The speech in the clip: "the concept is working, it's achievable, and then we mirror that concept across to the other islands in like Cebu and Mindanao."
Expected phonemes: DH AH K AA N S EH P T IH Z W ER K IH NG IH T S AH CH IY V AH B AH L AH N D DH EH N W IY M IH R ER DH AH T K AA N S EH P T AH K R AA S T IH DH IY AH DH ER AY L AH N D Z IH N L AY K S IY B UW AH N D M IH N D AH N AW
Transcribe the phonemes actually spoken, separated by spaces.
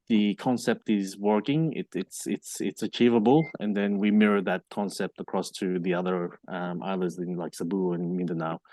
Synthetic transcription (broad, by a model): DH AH K AA N S EH P T IH Z W ER K IH NG IH T S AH CH IY V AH B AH L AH N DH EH N W IY M IH R ER DH AH T K AA N S EH P T AH K R AA S T IH DH IY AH DH ER AY L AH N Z IH N L AY K S IY B UW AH N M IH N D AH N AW